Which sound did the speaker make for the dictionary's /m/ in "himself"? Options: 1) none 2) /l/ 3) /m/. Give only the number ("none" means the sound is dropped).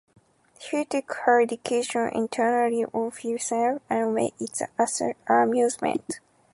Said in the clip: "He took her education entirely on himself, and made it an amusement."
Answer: 1